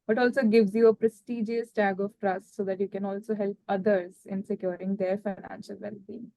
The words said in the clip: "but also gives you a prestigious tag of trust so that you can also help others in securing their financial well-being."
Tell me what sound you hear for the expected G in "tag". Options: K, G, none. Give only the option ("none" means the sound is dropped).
G